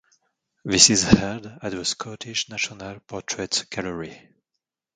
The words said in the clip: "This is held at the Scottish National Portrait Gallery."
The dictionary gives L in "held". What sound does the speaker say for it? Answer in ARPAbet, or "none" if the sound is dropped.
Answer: none